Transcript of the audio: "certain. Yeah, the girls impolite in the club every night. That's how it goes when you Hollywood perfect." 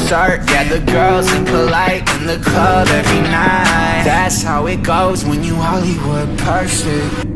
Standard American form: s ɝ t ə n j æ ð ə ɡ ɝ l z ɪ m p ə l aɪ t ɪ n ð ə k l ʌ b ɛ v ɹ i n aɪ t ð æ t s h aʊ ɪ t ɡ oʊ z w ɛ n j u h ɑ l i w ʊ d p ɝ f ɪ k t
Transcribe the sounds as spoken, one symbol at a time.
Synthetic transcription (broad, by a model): s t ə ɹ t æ ð ə ɡ ɝ l z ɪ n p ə l aɪ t ɪ n ð ə k ʌ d ɛ v ɹ i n aɪ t ð æ t s h aʊ ɪ t ɡ oʊ z w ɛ n j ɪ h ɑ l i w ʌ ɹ p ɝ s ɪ